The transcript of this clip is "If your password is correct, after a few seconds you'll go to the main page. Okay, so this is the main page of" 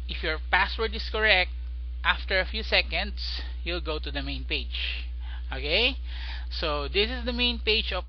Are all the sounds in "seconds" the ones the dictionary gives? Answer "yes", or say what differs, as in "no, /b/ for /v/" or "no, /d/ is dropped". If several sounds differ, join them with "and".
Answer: no, /s/ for /z/